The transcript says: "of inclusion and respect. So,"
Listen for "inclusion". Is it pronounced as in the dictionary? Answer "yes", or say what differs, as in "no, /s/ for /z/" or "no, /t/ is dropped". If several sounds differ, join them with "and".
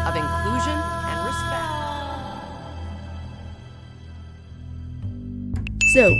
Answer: yes